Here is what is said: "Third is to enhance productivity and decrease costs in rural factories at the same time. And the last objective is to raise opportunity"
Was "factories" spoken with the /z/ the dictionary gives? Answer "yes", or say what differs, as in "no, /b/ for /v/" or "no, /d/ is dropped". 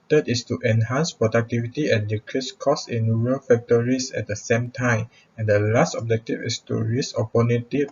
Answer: no, /s/ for /z/